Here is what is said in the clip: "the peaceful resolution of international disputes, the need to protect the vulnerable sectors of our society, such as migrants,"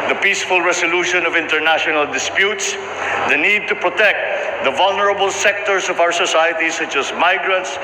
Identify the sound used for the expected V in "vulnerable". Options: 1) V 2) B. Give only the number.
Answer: 1